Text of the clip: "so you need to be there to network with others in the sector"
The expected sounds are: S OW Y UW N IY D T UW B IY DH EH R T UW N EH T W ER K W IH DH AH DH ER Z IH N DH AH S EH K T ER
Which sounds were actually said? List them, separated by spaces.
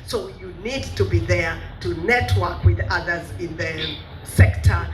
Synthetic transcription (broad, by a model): S OW Y UW N IY D T UW B IY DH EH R T UW N EH T W ER K W IH DH AH DH ER Z IH N DH AH S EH K T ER